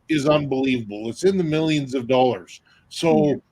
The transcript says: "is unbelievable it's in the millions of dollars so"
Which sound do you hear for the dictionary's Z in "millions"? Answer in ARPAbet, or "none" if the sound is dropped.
Z